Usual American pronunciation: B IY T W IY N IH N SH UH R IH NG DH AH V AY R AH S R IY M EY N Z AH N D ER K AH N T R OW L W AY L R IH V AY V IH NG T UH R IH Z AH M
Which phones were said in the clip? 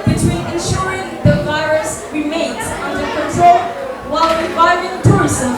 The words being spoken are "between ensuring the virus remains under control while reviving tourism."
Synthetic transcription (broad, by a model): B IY T W IY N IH N SH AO R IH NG DH AH V AY R AH S R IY M EY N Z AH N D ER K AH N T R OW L W AY L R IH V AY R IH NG T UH R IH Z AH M